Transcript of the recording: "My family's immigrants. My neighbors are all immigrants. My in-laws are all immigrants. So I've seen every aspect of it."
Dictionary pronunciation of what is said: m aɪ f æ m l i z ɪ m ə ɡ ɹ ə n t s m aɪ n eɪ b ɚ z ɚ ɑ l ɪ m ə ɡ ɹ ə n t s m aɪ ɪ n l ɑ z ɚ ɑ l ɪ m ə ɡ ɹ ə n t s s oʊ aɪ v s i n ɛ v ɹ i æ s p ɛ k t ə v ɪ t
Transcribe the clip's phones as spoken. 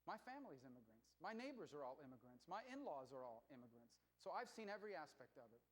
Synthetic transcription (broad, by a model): m aɪ f æ m l i z ɪ m ə ɡ ɹ ə n t s m aɪ n eɪ b ɚ z ɚ ɑ l ɪ m ə ɡ ɹ ə n t s m aɪ ɪ n l ɑ z ɚ ɑ l ɪ m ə ɡ ɹ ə n t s s oʊ aɪ v s i n ɛ v ɹ i æ s p ɛ k t ə v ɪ t